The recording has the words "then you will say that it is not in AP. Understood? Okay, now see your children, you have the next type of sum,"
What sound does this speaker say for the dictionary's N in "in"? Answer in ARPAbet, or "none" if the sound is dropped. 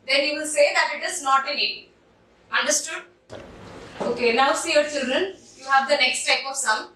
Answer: L